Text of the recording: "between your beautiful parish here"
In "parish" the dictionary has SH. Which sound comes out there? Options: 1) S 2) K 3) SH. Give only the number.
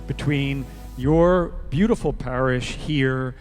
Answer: 3